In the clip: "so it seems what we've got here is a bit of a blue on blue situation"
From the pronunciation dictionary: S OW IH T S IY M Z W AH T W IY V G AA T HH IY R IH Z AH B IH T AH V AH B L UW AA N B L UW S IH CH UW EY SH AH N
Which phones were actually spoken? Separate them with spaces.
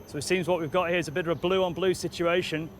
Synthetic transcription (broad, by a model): S OW IH T S IY M Z W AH T W IY V G AA T HH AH R IH Z AH B IH T AH V AH B L UW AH N B L UW S IH CH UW EY SH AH N